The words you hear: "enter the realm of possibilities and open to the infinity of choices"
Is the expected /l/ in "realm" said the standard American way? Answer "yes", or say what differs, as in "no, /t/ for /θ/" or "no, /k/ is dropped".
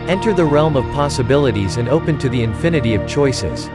yes